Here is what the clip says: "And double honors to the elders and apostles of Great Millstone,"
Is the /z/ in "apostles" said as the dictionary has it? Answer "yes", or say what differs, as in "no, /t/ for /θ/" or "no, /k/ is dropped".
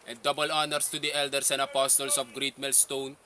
no, /s/ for /z/